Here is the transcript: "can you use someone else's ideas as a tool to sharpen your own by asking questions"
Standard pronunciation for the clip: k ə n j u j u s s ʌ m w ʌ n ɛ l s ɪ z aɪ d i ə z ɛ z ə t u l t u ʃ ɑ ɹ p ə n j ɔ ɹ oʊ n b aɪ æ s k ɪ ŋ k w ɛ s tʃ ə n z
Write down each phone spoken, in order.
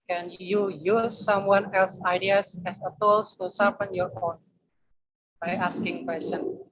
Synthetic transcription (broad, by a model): k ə n j u j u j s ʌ m w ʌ n ɛ l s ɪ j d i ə s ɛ s ə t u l t u s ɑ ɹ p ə n j ɔ ɹ oʊ n b aɪ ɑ s k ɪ ŋ k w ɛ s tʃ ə n